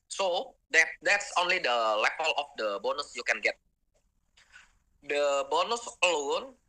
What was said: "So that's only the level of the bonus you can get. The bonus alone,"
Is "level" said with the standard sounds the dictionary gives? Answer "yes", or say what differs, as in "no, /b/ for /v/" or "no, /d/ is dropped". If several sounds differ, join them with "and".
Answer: no, /p/ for /v/